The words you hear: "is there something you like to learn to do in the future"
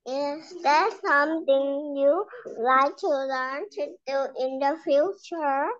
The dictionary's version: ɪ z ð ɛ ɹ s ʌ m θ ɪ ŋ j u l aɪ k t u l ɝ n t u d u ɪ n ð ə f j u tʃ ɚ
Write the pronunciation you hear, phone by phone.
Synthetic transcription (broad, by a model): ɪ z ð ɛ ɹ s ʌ m t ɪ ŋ j u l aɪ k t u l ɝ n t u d ɪ n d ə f j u tʃ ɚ